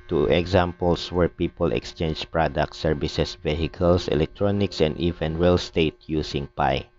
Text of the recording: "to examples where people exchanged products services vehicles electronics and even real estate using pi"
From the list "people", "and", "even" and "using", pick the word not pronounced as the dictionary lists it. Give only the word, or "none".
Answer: using